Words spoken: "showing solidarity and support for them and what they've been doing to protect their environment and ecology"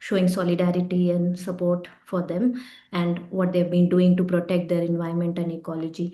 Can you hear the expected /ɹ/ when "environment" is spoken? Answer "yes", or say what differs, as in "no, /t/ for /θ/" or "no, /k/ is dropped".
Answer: no, /ɹ/ is dropped